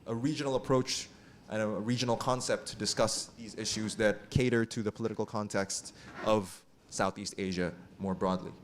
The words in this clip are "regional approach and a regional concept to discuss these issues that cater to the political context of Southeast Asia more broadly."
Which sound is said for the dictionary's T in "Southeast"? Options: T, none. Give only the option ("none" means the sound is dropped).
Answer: T